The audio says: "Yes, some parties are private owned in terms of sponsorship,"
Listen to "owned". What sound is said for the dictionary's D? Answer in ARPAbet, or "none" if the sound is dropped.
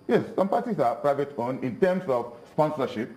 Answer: none